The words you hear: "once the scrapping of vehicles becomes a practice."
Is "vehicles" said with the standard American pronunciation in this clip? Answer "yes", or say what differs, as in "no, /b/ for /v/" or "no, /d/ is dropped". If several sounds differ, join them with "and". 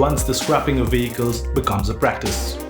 yes